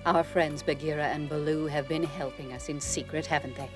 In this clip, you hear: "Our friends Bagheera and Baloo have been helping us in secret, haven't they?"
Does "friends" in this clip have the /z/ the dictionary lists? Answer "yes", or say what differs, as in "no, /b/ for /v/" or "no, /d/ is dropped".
yes